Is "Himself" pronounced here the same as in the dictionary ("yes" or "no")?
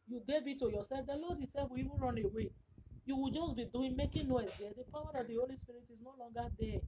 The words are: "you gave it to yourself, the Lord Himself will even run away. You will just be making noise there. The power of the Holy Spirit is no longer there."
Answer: no